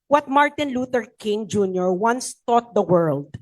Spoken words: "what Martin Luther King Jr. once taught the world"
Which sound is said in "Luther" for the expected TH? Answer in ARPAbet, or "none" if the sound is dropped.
T